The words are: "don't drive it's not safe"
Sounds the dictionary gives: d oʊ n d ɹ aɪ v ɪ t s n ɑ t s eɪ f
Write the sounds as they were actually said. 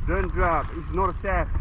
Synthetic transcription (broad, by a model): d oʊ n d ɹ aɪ b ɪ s n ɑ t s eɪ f